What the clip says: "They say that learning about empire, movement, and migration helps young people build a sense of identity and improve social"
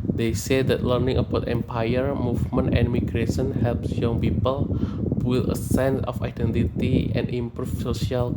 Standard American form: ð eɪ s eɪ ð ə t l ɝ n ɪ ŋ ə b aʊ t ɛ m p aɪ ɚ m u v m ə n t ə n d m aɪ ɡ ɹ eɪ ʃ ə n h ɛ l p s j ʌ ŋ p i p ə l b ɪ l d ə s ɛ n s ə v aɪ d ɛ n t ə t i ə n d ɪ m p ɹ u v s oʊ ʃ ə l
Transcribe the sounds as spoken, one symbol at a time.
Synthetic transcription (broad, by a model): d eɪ s eɪ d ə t l ɝ n ɪ ŋ ə b aʊ t ɛ m p aɪ ɚ m u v m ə n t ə n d m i ɡ ɹ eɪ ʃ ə n h ɛ l p s j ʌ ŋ p i p ə l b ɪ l ə s ɛ n s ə f aɪ d ɛ n t ə t i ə n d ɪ m p ɹ u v s oʊ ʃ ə l